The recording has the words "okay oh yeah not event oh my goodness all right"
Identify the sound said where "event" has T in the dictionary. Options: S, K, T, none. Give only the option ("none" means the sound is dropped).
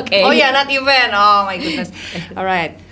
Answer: none